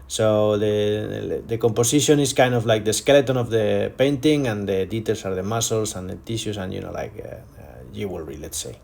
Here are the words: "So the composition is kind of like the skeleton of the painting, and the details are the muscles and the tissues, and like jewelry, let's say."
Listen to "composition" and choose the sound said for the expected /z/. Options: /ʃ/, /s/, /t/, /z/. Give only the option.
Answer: /s/